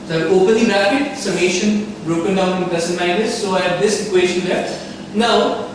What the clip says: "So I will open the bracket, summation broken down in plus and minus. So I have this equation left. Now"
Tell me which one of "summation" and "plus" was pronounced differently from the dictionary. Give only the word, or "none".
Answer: plus